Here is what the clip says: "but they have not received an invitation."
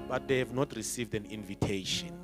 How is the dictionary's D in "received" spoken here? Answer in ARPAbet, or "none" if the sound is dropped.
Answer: D